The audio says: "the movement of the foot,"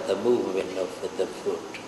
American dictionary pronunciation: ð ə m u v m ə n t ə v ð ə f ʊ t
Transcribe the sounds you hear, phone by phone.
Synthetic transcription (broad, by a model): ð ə m u v m ə n t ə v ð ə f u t